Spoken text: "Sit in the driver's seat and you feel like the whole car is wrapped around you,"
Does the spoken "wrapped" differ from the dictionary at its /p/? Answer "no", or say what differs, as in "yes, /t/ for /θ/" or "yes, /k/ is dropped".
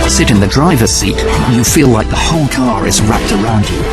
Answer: no